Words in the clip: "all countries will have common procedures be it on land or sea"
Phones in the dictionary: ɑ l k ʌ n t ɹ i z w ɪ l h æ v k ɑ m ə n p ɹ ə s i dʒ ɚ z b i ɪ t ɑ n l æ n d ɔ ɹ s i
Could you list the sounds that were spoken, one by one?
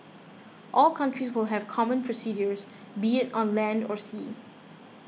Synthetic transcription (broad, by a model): ɑ l k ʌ n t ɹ i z w ɪ l h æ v k ɑ m ə n p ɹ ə s i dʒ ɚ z b i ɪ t ɑ n l æ n d ɔ ɹ s i